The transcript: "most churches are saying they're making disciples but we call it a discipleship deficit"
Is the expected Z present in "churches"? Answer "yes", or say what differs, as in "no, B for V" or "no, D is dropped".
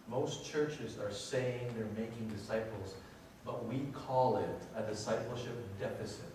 yes